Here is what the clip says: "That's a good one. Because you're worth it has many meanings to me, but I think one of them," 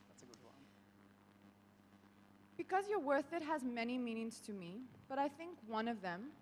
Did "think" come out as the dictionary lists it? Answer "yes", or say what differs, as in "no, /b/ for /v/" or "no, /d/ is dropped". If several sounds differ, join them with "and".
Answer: yes